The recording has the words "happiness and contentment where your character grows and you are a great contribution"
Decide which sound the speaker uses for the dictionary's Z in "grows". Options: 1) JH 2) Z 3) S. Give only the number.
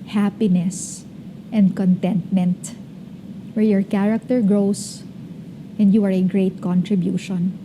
3